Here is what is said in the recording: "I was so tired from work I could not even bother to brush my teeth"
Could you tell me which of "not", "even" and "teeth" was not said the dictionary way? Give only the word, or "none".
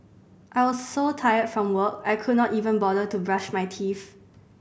teeth